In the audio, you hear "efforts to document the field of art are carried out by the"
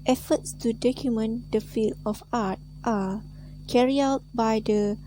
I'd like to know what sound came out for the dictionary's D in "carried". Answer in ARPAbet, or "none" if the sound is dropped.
none